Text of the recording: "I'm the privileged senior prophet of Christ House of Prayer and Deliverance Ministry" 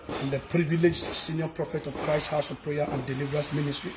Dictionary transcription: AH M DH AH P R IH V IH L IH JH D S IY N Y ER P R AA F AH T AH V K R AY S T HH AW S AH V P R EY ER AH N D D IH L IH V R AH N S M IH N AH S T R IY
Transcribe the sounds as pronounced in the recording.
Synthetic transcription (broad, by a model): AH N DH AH P R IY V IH L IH JH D S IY N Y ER P R AA F AH T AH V K R AY S T HH AW S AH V P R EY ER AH N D D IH L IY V R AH S M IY N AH S T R IY